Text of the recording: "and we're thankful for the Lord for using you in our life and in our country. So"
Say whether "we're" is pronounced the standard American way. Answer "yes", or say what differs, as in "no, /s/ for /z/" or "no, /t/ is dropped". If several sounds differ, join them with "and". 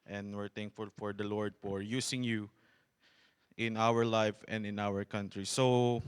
yes